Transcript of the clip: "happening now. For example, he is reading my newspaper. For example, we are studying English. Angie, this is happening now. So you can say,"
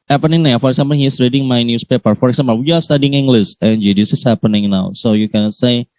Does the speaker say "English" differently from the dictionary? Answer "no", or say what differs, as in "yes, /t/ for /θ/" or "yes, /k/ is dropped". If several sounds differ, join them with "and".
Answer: yes, /s/ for /ʃ/